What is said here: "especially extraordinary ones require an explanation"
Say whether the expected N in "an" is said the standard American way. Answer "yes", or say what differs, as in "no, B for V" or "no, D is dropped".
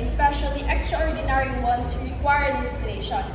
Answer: no, L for N